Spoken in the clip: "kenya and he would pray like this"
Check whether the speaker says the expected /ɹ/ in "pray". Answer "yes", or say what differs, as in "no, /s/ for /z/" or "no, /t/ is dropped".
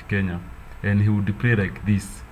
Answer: no, /l/ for /ɹ/